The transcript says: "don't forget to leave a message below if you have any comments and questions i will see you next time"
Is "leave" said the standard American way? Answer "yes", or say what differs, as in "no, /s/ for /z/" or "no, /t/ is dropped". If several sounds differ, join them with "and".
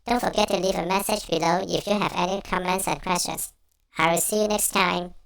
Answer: yes